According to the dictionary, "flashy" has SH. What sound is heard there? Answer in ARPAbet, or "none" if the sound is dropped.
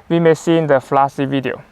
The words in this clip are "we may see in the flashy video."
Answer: S